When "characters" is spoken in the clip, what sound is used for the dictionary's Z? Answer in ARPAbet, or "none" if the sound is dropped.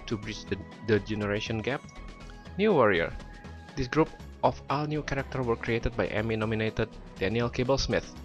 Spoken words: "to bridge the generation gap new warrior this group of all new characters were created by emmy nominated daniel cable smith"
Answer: none